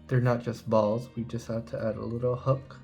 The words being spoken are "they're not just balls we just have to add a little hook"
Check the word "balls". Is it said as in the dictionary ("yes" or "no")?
yes